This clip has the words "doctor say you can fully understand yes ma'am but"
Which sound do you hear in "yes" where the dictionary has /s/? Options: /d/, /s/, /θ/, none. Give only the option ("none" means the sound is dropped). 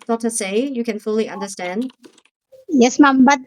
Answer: /s/